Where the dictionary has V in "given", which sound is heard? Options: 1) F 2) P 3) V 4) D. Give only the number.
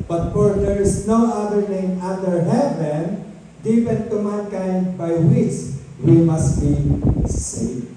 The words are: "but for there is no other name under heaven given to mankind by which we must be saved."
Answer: 2